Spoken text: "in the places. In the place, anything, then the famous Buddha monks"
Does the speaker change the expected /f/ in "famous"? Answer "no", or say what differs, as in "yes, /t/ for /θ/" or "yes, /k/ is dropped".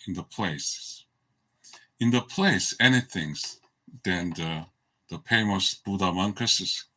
yes, /p/ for /f/